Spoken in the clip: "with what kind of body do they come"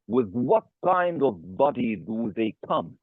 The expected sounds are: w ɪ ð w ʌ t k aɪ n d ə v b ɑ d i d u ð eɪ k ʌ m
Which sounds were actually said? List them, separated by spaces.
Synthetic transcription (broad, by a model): w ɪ ð w ʌ t k aɪ n d ə v b ɑ d i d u ð eɪ k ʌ m